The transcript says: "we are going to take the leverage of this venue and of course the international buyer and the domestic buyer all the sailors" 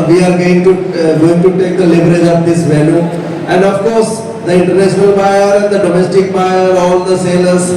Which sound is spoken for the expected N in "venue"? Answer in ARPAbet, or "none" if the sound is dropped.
L